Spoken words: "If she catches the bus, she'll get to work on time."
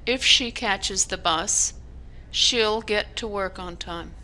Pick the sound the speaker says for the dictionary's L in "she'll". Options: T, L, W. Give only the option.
L